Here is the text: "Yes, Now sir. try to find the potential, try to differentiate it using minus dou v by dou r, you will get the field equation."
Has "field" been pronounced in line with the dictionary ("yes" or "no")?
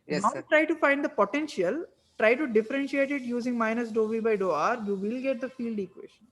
yes